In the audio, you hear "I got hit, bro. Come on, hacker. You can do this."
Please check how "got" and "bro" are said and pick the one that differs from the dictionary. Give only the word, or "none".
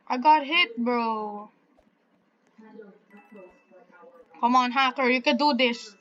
none